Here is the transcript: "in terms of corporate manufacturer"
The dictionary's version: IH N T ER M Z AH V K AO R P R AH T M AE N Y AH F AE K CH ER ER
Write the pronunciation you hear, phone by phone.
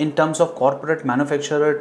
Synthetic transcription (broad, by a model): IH N T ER M S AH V K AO R P R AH T M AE N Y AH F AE K CH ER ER